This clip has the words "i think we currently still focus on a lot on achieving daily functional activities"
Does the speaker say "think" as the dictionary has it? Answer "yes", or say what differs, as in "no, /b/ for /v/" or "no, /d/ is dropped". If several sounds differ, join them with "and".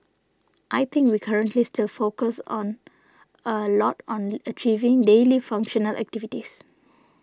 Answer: no, /t/ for /θ/